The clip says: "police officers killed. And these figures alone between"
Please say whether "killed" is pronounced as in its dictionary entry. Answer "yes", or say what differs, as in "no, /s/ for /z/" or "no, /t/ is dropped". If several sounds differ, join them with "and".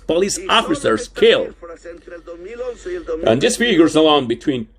no, /d/ is dropped